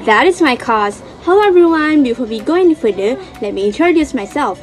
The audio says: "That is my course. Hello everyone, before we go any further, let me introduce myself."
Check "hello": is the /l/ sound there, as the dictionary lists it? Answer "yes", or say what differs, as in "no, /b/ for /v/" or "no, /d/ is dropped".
no, /l/ is dropped